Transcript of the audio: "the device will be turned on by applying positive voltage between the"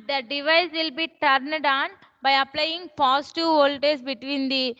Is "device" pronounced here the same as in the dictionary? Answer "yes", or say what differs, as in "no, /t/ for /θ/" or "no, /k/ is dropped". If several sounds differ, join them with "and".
yes